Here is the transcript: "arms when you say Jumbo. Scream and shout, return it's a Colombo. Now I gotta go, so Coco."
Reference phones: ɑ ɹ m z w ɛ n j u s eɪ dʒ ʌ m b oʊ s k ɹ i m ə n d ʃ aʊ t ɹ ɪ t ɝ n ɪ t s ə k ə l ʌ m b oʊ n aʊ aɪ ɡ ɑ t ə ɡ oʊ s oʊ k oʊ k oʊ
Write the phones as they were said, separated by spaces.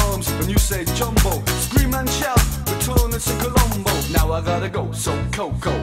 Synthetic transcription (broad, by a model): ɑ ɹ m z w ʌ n j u s eɪ dʒ ʌ m b oʊ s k ɹ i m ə n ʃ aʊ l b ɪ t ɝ ɪ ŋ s ə k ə l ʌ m b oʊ n aʊ aɪ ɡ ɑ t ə ɡ oʊ s oʊ k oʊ k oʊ